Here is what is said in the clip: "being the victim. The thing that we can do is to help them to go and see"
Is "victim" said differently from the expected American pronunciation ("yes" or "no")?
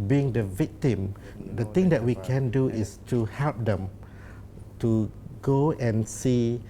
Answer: no